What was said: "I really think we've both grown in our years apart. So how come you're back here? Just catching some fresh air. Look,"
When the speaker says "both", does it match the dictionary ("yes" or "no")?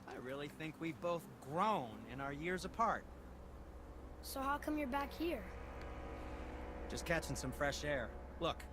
yes